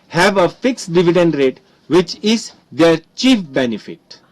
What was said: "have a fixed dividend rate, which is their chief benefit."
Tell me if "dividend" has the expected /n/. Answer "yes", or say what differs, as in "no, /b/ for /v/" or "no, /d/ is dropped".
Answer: yes